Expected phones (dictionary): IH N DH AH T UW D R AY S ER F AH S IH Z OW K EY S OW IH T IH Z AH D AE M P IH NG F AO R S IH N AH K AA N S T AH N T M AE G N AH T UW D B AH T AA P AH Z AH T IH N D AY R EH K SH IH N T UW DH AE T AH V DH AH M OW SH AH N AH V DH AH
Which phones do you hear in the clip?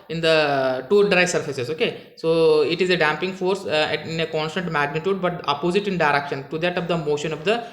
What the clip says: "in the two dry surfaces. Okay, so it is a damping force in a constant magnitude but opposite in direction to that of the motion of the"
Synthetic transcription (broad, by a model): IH N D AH T UW D R AY S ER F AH S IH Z OW K EY S OW IH T IH Z AH D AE M P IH NG F AO R S IH N AH K AA N S T AH N T M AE G N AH T UW D B AH T AA P AH Z AH T IH N D AY R EH K SH IH N T UW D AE T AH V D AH M OW SH AH N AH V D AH